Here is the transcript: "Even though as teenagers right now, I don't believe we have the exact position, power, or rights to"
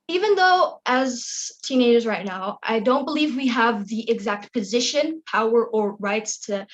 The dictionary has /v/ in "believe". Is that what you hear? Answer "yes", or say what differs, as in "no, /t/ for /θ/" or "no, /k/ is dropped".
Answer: yes